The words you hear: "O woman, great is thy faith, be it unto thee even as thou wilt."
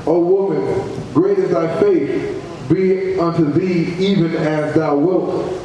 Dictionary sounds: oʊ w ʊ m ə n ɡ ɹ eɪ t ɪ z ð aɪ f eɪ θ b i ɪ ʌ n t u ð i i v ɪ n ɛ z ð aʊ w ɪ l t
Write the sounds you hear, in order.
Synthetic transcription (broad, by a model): oʊ w ʊ m ə n ɡ ɹ eɪ t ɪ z ð aɪ f eɪ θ b i ʌ n t u ð i i v ɪ n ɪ z ð aʊ w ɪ l t